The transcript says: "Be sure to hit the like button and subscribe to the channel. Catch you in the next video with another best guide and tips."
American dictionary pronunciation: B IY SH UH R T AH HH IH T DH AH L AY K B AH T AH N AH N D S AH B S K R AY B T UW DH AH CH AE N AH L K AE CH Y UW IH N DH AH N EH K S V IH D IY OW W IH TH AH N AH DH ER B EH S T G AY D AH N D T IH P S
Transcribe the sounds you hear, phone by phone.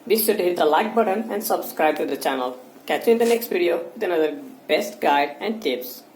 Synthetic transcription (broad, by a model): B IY S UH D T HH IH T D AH L AY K B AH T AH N AH N D S AH B S K R AY B T UW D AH CH AE N AH L K AE CH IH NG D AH N EH K S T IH D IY OW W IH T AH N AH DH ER B EH S T G AY D AH N D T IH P S